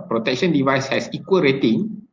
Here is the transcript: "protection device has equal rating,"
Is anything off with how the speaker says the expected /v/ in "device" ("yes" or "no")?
no